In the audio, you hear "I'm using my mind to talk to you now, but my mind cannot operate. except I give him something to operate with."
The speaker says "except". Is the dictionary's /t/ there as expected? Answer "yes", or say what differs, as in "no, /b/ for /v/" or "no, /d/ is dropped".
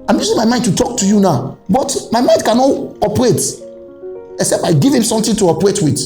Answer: no, /t/ is dropped